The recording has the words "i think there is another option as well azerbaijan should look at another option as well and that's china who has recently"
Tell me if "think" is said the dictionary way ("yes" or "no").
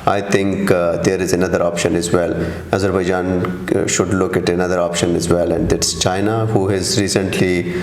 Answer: no